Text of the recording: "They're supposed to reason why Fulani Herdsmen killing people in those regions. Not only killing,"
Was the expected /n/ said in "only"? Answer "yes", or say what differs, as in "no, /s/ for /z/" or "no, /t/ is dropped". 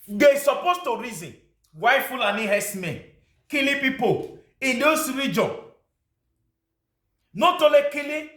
no, /n/ is dropped